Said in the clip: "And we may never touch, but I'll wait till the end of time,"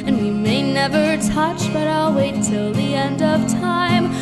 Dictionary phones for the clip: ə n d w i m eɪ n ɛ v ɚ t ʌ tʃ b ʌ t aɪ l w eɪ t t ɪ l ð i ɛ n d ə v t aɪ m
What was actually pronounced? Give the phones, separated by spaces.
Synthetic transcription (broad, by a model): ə n w i m eɪ n ɛ v ɚ t ʌ tʃ b ʌ t aɪ l w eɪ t t ɪ l ð i ɛ n d ə v t aɪ m